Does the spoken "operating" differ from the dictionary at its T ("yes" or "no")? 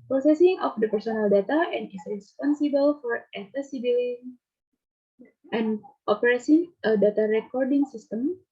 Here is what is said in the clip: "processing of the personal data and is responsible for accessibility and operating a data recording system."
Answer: yes